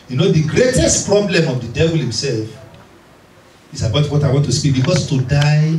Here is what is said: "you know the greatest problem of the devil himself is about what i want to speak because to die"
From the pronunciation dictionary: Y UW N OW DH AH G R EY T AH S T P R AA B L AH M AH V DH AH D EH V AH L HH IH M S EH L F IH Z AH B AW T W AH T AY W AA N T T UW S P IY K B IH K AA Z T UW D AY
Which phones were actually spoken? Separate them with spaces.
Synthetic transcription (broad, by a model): Y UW N OW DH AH G R EY T AH S T P R AA B L AH M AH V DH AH D EH V AH L HH IH M S EH L F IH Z AH B AW T W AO T AY W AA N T T UW S P IY K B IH K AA S T UW D AY